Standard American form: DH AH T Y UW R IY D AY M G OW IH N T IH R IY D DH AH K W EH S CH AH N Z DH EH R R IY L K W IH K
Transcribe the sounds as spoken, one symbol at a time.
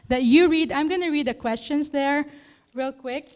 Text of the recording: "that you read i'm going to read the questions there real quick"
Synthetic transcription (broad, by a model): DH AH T Y UW R IY D AY M G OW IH N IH R IY D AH K W EH S CH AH N S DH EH R R IY L K W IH K